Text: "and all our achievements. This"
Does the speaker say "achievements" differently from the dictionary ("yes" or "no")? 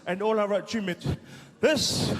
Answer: yes